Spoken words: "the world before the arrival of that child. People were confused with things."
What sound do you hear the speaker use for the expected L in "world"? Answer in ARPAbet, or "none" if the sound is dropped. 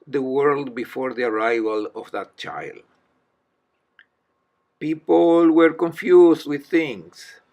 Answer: L